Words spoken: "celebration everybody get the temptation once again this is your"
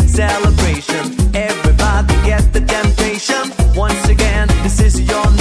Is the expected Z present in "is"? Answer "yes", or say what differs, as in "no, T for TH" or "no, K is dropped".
yes